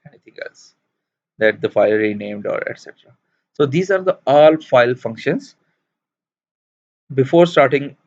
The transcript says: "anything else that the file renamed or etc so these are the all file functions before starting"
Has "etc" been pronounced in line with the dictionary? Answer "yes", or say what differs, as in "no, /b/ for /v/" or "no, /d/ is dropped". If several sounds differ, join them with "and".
yes